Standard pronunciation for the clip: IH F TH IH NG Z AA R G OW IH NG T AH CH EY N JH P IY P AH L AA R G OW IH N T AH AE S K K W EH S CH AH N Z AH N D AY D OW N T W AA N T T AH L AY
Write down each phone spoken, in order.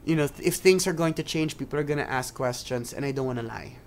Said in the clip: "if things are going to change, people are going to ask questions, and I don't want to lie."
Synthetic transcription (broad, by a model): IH F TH IH NG S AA R G OW IH NG T AH CH EY N JH P IY P AH L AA R G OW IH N T AH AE S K K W EH S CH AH N S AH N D AY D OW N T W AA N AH L AY